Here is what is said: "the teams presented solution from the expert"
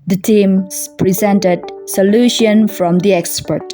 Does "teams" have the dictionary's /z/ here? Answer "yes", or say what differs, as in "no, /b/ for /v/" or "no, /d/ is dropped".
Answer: no, /z/ is dropped